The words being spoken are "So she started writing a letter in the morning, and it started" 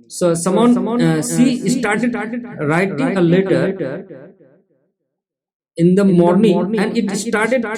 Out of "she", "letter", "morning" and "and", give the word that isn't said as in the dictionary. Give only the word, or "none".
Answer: she